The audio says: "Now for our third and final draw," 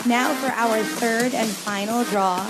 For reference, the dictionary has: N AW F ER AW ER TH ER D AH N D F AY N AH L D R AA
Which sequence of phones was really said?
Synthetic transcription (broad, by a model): N AW F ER AW ER TH ER D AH N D F AY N L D R AA